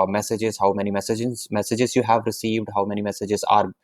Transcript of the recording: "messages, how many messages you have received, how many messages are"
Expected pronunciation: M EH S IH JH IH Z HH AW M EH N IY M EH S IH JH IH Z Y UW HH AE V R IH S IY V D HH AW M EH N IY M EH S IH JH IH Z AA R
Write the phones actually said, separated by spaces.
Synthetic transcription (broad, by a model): M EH S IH JH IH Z HH AW M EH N IY M EH S IH JH IH Z Y UW HH AE V R IH S IY V D HH AW M EH N IY M EH S IH JH IH Z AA R